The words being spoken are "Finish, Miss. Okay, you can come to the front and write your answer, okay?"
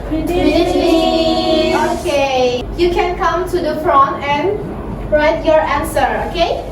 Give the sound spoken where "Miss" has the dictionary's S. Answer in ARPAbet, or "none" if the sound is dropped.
none